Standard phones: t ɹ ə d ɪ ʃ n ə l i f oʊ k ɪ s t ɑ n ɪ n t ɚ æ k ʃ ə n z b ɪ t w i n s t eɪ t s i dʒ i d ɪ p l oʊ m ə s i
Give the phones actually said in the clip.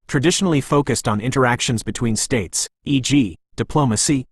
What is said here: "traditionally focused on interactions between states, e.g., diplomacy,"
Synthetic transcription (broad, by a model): t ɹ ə d ɪ ʃ n l i f oʊ k ɪ s t n ɪ n t ɚ æ k ʃ ə n z b ɪ t w i n s t eɪ t s i dʒ i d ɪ p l oʊ m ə s i